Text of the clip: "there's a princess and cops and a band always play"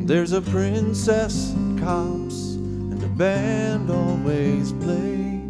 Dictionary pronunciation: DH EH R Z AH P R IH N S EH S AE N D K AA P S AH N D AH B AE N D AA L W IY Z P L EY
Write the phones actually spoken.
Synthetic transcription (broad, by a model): DH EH R Z AH P R IH N S EH S K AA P S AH N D AH B AE N D AA L W IY Z P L EY